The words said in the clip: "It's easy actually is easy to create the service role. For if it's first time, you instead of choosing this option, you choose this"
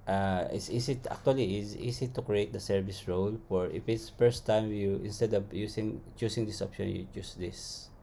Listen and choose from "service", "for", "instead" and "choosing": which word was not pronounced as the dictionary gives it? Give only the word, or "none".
choosing